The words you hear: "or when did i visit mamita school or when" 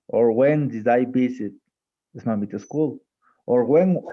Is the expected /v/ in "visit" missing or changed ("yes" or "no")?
yes